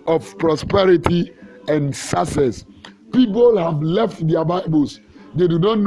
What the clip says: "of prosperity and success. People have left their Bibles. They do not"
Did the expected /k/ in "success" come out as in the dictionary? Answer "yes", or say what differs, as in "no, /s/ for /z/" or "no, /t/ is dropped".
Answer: no, /k/ is dropped